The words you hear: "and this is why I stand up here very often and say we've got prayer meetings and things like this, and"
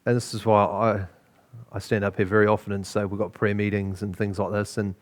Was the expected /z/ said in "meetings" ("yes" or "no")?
yes